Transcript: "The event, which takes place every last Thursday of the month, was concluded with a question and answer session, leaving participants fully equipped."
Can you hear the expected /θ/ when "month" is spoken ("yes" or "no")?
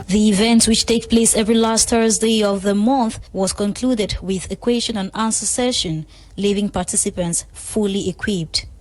yes